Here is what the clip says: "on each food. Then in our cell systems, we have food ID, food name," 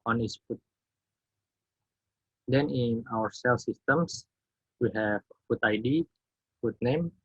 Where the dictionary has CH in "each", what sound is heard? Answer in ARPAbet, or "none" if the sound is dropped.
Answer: S